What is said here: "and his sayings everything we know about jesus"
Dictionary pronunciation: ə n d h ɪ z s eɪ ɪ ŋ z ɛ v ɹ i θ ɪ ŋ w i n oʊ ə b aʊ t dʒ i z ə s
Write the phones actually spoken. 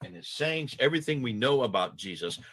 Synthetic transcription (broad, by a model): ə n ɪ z s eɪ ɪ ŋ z ɛ v ɹ i θ ɪ ŋ w i n oʊ ə b aʊ t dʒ i z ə s